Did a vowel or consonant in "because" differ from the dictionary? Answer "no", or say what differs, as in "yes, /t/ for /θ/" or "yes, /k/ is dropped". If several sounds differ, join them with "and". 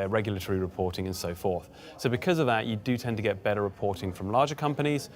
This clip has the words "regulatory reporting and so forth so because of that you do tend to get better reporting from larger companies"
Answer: no